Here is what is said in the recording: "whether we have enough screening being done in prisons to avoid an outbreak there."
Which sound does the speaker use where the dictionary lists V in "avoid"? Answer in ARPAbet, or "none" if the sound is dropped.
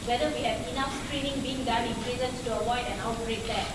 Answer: W